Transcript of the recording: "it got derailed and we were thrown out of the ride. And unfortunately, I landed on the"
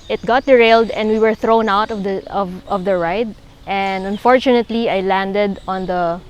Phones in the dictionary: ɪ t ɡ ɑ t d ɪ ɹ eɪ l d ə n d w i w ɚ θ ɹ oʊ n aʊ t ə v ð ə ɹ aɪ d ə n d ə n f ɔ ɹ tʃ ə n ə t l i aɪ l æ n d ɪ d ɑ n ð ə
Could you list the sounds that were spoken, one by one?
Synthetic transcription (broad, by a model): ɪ t ɡ ɑ t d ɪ ɹ eɪ l d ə n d w i w ɚ θ ɹ oʊ n aʊ t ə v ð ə ɹ aɪ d ə n d ə n f ɔ ɹ tʃ ə n ə t l i aɪ l æ n d ɪ d ɑ n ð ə